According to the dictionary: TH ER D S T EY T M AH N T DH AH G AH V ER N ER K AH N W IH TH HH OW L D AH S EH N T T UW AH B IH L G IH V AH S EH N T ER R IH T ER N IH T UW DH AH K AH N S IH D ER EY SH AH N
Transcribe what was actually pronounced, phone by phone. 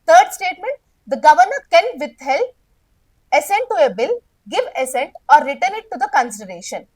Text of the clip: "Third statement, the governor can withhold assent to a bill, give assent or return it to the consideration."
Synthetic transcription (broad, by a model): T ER D S T EY T M AH N T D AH G AH V ER N ER K AH N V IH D HH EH L AH S EH N T T UW AH B IH L G IH V AH S EH N T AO R IH T ER N IH T UW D AH K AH N S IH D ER EY SH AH N